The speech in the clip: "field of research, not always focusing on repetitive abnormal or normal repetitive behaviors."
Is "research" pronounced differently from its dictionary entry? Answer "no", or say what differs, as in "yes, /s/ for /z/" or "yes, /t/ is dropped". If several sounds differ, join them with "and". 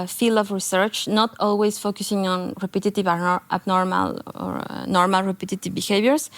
no